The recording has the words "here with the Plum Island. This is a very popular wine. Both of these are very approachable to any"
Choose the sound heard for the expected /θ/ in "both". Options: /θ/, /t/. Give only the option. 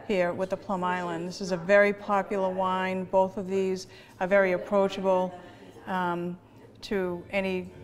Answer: /θ/